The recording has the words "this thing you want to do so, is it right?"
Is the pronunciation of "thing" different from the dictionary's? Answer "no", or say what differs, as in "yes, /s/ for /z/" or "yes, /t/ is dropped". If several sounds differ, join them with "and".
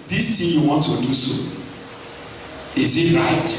yes, /t/ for /θ/